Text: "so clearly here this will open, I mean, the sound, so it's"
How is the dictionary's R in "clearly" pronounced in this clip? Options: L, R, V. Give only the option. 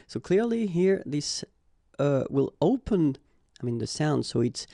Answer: R